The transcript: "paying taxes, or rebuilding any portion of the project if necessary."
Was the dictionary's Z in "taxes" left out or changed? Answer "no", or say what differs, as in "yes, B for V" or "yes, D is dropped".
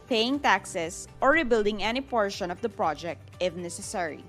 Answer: yes, S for Z